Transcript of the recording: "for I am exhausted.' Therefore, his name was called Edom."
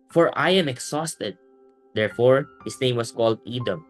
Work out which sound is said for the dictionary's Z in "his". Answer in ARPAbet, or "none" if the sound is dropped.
S